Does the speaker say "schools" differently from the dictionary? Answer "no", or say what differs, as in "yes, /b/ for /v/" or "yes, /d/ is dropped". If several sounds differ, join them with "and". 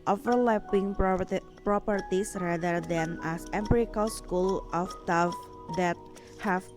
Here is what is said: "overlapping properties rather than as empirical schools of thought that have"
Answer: yes, /z/ is dropped